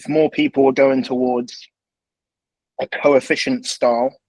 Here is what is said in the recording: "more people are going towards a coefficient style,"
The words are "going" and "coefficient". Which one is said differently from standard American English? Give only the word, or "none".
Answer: none